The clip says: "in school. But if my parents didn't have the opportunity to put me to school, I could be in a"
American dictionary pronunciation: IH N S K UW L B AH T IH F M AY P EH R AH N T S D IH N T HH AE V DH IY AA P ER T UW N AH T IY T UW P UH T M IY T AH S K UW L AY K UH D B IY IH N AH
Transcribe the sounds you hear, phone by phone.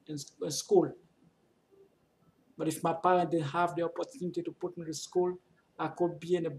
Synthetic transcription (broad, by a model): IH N S K UW L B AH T IH F M AY P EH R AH N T D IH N HH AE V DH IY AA P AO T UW N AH T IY T UW P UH T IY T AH S K UW L AY K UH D B IY IH N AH